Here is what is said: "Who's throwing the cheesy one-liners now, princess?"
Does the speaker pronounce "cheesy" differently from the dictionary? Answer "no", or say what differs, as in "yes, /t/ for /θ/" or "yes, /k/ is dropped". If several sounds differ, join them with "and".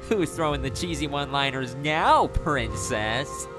no